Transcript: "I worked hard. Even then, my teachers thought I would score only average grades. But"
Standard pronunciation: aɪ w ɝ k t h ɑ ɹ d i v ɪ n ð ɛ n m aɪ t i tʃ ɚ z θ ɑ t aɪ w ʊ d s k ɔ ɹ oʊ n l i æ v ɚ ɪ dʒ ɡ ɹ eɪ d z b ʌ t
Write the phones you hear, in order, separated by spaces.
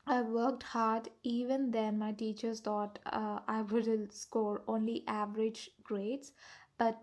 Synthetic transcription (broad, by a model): aɪ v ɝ k t h ɑ ɹ d i v ɪ n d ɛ n m aɪ t i tʃ ɚ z t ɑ t aɪ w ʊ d s k ɔ ɹ oʊ n l i æ v ɚ ɪ dʒ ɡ ɹ eɪ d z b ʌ t